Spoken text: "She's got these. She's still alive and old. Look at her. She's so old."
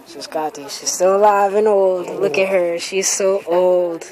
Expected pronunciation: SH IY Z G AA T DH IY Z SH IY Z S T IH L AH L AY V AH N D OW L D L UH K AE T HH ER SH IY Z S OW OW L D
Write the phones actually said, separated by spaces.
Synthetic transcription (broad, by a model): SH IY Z G AA T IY SH IY Z S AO AH L AY V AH N OW L D L UH K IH T HH ER SH IY Z S OW OW L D